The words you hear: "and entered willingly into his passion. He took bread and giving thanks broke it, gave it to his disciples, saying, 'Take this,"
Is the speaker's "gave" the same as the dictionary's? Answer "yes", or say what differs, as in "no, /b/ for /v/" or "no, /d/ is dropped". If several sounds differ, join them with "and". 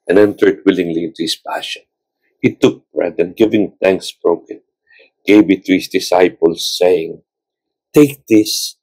no, /b/ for /v/